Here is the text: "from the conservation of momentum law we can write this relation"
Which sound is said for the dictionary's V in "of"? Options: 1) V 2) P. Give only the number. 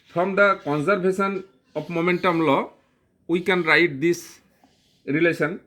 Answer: 2